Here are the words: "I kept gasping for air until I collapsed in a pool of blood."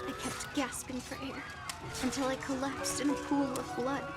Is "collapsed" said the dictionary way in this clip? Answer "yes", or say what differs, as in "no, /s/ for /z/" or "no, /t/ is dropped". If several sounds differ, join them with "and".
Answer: yes